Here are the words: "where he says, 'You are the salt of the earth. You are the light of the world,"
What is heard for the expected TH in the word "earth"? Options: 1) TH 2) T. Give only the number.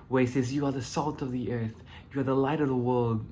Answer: 1